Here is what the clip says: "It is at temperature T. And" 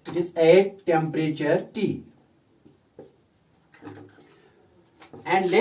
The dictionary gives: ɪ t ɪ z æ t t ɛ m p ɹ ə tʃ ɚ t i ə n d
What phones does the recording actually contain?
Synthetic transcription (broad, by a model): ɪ t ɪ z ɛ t t ɛ m p ɹ ə tʃ ɚ t i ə n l